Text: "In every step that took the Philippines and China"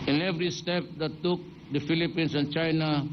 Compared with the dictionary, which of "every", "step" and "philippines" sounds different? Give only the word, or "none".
philippines